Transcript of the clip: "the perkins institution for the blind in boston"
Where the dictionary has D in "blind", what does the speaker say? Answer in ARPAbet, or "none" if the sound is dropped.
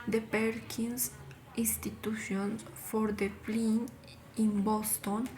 none